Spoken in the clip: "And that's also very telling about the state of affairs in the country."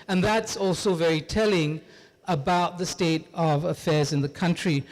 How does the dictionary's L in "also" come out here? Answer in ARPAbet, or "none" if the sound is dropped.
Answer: L